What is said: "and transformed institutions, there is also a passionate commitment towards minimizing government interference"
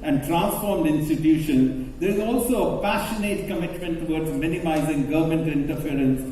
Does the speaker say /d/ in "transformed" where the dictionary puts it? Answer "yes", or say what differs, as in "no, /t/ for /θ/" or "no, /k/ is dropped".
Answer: yes